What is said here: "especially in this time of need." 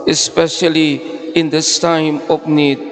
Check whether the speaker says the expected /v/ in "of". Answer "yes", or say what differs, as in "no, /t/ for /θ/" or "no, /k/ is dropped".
no, /p/ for /v/